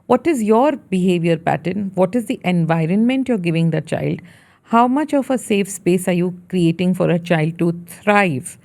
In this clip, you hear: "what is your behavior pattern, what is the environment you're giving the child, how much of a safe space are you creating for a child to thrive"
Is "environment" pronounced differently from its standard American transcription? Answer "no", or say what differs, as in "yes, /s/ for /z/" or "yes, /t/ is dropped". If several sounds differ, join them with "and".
no